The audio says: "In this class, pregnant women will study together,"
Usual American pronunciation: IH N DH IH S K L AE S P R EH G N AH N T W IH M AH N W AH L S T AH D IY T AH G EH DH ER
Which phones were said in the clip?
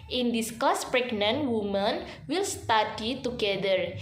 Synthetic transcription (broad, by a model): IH N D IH S K AO S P R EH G N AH N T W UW M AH N W AH L S T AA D IY T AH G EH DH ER